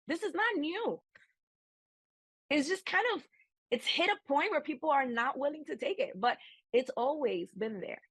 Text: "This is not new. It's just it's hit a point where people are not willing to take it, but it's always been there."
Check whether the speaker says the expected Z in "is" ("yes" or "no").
yes